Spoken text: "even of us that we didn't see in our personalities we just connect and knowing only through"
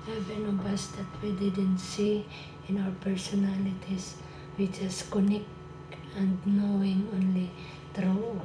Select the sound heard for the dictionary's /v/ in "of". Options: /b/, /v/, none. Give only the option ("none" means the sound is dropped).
/b/